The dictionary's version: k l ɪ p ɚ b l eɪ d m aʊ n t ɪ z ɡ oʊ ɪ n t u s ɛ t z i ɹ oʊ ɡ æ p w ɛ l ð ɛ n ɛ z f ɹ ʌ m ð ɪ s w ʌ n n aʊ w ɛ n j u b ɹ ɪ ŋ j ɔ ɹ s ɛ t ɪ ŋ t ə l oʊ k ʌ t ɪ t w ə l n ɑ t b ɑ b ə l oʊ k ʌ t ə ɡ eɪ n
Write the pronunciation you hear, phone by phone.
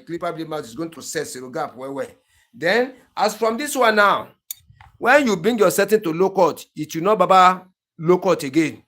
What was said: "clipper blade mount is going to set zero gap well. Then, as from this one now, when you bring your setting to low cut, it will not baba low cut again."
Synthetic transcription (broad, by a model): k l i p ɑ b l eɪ m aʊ t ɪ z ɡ oʊ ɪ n t u s ɛ t s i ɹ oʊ ɡ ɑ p w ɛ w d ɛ n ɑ s f ɹ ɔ m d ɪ s w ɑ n n aʊ w ɛ n j u b ɹ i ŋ j ɔ s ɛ t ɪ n t ə l oʊ k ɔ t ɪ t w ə n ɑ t b ɑ b ə l oʊ k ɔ t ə ɡ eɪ n